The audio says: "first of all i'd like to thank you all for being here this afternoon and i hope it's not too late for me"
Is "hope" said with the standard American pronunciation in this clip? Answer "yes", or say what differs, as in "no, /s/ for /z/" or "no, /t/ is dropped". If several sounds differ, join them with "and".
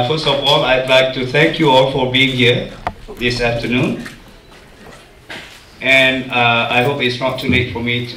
yes